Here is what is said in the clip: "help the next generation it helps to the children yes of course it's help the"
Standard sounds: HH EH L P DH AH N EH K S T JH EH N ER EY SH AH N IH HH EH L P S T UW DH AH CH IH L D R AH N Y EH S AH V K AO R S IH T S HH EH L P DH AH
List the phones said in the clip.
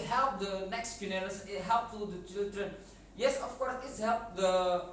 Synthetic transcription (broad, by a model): HH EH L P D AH N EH K S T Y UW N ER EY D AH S IH HH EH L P T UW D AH CH IH L D R AH N Y EH S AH F K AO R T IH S HH EH L P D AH